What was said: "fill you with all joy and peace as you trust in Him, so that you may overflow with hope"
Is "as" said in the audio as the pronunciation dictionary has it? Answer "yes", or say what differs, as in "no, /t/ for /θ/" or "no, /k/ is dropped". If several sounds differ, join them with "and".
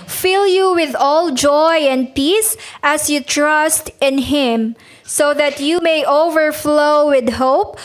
no, /s/ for /z/